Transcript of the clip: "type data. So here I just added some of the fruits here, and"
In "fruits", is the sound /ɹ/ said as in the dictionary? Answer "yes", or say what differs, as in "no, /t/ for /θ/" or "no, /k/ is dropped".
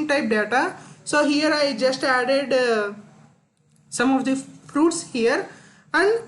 yes